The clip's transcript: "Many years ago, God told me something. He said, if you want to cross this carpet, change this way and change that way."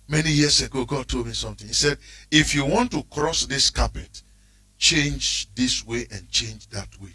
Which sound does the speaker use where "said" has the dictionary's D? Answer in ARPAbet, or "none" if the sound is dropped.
D